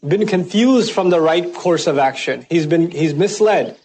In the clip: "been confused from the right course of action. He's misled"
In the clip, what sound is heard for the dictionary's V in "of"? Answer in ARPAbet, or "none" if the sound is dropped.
V